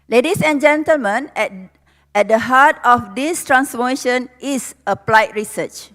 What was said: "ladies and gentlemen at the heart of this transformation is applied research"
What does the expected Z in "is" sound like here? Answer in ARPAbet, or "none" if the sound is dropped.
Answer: S